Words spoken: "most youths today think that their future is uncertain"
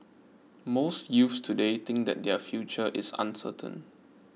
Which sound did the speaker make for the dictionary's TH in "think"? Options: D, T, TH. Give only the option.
T